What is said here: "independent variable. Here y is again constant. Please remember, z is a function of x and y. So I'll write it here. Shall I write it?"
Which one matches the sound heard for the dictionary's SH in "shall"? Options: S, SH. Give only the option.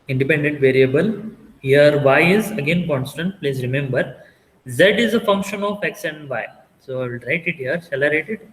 S